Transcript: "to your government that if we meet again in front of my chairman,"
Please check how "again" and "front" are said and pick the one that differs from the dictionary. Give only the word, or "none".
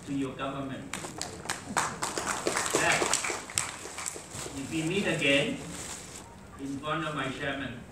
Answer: front